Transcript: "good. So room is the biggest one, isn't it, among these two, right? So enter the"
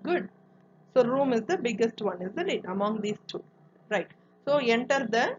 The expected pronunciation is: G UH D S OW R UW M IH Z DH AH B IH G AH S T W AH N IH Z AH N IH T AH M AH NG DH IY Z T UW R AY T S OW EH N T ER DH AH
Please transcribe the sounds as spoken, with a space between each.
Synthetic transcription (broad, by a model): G UH D S OW R UW M IH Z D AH B IH G AH S T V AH N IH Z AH L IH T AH M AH NG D IY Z T UW R AY T S OW EH N T ER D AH